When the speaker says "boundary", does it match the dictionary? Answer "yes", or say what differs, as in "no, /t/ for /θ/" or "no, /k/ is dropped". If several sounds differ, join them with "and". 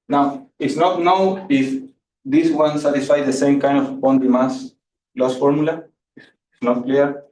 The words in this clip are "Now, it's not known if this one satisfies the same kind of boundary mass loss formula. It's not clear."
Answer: no, /ɹ/ is dropped